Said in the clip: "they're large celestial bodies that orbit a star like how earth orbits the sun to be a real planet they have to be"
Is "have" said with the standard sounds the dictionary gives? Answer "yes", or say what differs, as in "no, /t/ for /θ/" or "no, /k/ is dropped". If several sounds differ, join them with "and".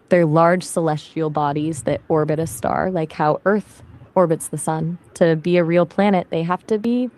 no, /f/ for /v/